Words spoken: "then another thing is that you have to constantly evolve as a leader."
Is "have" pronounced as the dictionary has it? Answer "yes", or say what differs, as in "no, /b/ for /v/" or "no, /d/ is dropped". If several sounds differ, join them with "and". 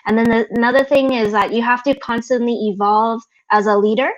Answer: no, /f/ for /v/